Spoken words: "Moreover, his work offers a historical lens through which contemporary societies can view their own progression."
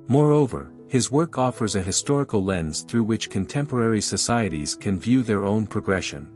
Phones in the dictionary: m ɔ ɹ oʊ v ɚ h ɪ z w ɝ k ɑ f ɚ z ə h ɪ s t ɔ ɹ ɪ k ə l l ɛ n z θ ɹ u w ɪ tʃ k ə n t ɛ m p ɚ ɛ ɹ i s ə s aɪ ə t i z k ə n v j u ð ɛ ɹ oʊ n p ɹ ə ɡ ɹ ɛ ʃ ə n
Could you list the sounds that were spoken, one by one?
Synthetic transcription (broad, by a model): m ɔ ɹ oʊ v ɚ h ɪ z w ɝ k ɑ f ɚ z ə h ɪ s t ɔ ɹ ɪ k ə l l ɛ n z θ ɹ u w ɪ tʃ k ə n t ɛ m p ɚ ɛ ɹ i s ə s aɪ ə t i z k ə n v j u ð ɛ ɹ oʊ n p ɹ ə ɡ ɹ ɛ ʃ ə n